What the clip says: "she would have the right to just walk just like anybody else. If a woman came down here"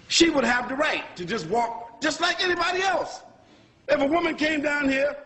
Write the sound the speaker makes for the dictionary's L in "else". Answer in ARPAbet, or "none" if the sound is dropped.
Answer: L